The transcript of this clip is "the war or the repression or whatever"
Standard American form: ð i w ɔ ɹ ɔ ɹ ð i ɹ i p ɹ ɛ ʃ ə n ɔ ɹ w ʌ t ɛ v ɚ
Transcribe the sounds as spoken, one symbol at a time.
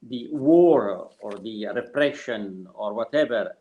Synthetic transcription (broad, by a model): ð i w ɔ ɹ ɔ ɹ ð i ɹ i p ɹ ɛ ʃ ə n ɔ ɹ w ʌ t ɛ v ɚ